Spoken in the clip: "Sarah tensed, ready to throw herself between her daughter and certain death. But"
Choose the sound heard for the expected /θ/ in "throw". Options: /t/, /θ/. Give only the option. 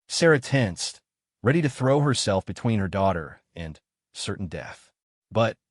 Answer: /θ/